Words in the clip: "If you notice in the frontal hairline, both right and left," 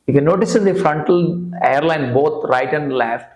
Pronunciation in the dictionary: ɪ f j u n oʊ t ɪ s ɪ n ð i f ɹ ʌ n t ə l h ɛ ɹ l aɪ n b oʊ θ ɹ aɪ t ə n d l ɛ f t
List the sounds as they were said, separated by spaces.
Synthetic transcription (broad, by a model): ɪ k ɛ n oʊ t ɪ s ɪ n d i f ɹ ʌ n t ə l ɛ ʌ ɹ l aɪ n b oʊ t ɹ aɪ t ə n d l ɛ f t